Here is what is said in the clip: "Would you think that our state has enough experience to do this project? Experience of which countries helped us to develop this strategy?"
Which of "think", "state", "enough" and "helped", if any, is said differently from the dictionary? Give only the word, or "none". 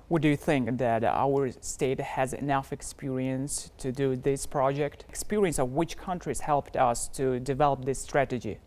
none